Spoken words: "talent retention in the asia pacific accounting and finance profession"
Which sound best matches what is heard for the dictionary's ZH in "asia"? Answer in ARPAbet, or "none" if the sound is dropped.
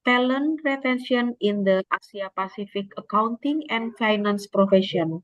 S